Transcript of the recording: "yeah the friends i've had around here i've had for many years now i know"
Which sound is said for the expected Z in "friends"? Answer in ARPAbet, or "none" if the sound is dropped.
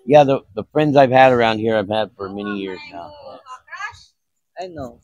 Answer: Z